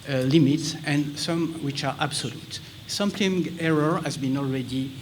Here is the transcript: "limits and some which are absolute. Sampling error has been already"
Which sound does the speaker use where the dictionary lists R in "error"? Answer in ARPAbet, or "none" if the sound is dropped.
R